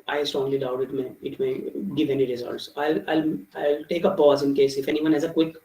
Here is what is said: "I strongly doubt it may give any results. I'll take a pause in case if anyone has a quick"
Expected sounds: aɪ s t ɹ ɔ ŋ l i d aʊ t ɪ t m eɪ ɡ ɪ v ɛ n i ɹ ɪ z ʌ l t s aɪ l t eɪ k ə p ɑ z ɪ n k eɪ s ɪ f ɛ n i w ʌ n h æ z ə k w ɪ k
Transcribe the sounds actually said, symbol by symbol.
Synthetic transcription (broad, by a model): aɪ s t ɹ ɔ ŋ l i d aʊ t ɪ t m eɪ ɡ ɪ v ɛ n i ɹ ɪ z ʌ l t s aɪ l t eɪ k ə p ɑ z ɪ n k eɪ s ɪ f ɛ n i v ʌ n h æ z ə k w ɪ k